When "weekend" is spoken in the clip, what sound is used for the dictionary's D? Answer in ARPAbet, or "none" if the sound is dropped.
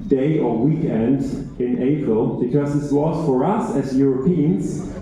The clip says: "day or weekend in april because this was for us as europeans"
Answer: D